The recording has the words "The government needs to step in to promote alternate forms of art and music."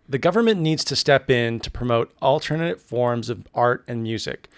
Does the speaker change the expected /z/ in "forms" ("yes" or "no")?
no